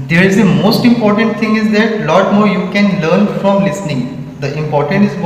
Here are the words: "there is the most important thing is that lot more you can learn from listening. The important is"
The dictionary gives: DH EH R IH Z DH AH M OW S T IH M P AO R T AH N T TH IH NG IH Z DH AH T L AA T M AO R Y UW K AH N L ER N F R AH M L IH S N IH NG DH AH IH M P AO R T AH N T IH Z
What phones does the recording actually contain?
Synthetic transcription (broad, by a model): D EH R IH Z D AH M OW S T IH M P AO R T AH N T T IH NG IH Z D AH T L AA T M AO R Y UW K AH N L ER N F R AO M L IH S N IH NG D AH IH M P AO R T AH N T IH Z